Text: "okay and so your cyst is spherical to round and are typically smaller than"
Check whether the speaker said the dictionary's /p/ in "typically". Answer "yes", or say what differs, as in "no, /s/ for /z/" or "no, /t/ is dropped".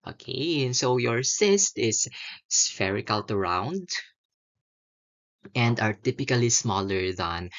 yes